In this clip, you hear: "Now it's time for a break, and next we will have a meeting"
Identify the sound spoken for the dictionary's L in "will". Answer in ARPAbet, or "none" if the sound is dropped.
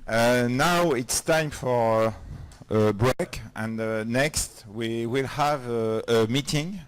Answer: L